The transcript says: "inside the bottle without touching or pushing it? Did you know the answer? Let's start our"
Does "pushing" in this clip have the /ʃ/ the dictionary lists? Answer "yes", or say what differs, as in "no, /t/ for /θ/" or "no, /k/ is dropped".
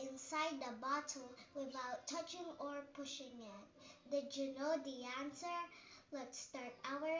yes